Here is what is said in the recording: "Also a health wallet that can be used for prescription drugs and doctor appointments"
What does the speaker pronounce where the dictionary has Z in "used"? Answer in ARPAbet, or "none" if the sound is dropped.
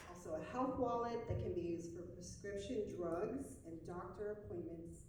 Z